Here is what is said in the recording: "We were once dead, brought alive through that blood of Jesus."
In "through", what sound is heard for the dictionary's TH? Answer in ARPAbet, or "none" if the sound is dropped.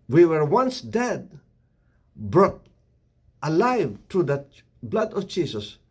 T